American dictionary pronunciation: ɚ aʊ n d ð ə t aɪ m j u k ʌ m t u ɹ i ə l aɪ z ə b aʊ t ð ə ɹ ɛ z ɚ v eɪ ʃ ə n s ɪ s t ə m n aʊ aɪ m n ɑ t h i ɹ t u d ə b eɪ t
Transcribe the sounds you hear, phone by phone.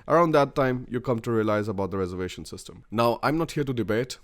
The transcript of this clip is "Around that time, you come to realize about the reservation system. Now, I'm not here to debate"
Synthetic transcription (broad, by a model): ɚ aʊ n d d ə t aɪ m j u k ʌ m t u ɹ i ə l aɪ z ə b aʊ t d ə ɹ ɛ z ɚ v eɪ ʃ ə n s ɪ s t ə m n aʊ aɪ m n ɑ t h i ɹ t u d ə b eɪ t